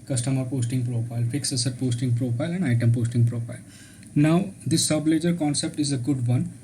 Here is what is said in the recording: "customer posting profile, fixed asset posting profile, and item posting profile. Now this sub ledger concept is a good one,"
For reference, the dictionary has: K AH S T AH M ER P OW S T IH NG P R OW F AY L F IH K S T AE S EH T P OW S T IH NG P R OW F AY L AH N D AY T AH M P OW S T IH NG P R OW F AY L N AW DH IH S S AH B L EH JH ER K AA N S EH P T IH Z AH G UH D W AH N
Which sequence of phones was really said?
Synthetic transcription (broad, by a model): K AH S T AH M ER P OW S T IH NG P R OW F AY L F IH K S AH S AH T P OW S T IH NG P R OW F AY L AH N D AY T AH M P OW S T IH NG P R OW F AY L N AW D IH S S AH B L EH JH ER K AA N S EH P T IH Z AH G UH D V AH N